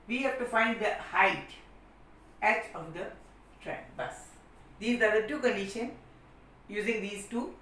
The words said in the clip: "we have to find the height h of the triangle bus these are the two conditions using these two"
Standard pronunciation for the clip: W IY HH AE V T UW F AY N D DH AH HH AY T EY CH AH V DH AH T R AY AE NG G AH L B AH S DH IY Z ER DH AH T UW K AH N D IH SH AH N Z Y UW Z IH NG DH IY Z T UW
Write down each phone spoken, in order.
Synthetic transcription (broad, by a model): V IY HH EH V T UW F AY N D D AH HH AY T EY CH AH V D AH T R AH N B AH S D IY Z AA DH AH T UW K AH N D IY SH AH N Y UW Z IH NG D IY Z T UW